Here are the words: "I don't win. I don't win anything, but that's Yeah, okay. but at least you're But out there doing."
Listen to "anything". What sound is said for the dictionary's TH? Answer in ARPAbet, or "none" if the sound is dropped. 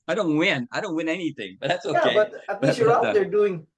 TH